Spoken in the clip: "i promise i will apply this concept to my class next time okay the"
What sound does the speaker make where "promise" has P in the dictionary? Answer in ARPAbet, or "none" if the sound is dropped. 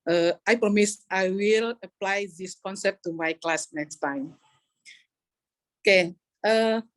P